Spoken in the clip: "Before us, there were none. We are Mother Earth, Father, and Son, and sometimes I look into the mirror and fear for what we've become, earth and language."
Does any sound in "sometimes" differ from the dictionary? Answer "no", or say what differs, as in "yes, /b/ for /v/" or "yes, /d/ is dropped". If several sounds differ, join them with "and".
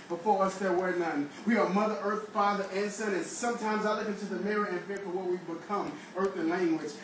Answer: no